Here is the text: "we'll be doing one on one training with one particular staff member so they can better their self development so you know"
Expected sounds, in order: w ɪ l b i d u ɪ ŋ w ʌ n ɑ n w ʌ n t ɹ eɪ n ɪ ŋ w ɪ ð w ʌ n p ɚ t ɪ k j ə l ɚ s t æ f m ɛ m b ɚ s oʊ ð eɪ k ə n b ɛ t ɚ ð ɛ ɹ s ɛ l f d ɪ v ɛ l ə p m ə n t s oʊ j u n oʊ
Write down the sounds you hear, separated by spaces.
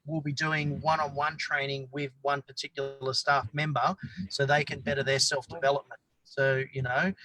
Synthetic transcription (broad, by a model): w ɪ l b i d u ɪ ŋ w ʌ n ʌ n w ʌ n t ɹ eɪ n ɪ ŋ w ɪ ð w ʌ n p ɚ t ɪ k j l l ɚ s t æ f m ɛ m b ɚ s oʊ ð eɪ k ə n b ɛ t ɚ ð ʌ ɹ s ɛ l f d ɪ v ɛ l ə p m ə n t s oʊ j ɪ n oʊ